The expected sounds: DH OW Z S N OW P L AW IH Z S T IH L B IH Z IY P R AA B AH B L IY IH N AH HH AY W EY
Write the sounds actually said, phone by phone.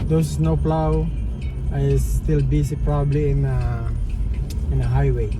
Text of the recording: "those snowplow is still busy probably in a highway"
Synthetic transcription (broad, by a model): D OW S S N OW P L AW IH S T IH L B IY S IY P R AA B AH B L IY IH N AH HH AY W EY